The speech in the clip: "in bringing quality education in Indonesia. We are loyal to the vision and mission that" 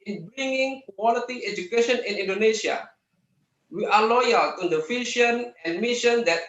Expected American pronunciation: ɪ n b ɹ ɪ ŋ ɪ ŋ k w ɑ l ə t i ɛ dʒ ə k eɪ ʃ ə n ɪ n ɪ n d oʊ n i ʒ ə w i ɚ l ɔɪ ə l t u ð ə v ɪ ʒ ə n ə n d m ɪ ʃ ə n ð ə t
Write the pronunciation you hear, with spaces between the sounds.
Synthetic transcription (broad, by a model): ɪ n b ɹ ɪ ŋ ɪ ŋ k w ɑ l ə t i ɛ dʒ ə k eɪ ʃ ə n ɪ n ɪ n d oʊ n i ʃ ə w i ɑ l ɔɪ ə l t u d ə f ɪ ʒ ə n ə n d m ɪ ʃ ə n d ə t